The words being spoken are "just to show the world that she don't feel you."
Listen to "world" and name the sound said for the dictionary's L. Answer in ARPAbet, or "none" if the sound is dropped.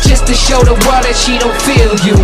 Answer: none